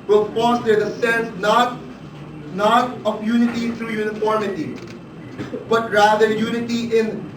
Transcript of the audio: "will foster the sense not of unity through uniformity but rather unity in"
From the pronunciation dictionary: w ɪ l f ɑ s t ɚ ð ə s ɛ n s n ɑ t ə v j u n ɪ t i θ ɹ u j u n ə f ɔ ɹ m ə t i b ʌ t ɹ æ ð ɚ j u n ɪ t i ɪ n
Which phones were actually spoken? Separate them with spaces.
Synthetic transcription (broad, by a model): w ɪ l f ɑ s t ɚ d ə s ɛ n s n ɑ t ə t j u n ɪ t i t ɹ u j u n ə f ɔ ɹ m ə t i b ʌ t ɹ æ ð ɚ j u n ɪ t i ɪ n